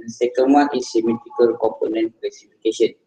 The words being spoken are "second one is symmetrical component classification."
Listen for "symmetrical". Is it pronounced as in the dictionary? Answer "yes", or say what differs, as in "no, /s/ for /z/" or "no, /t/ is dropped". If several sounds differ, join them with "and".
no, /ɹ/ is dropped